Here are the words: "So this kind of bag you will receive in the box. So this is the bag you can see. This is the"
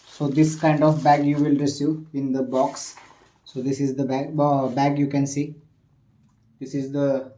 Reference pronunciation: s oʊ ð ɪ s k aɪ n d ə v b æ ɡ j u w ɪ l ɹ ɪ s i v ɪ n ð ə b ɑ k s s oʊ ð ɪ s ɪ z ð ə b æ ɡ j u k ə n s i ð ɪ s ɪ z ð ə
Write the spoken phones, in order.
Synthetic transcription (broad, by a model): s oʊ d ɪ s k aɪ n d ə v b æ ɡ j u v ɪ l ɹ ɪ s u ɪ n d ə b ɑ k s s oʊ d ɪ s ɪ z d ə b æ ɡ j u k ə n s i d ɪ s ɪ z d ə